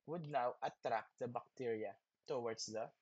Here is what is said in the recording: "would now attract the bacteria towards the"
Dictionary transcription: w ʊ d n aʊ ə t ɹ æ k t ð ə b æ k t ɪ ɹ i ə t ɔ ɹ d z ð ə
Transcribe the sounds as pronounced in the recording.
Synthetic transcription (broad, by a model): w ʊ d n aʊ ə t ɹ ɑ k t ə b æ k t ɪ ɹ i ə t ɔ w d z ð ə